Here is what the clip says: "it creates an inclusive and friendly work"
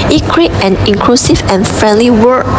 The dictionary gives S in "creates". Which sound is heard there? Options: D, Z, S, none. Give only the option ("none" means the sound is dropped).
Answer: none